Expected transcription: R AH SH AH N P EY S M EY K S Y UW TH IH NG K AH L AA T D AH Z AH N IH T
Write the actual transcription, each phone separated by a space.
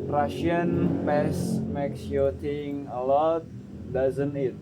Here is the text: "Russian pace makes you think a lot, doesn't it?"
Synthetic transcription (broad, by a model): R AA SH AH N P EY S M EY K S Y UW T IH NG AH L AA T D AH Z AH N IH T